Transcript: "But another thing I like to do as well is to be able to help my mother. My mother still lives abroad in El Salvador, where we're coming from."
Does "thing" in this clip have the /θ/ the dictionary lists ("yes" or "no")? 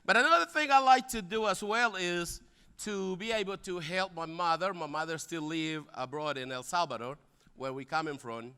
yes